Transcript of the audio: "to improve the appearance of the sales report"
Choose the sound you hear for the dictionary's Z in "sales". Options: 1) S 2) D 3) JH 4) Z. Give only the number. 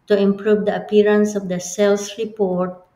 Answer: 1